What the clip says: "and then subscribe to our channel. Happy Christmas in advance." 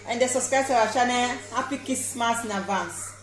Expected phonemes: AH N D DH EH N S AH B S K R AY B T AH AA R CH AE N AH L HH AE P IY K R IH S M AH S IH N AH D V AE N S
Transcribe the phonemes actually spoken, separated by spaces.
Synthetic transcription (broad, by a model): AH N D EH S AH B S K R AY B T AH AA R SH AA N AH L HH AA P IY K IH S M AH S IH N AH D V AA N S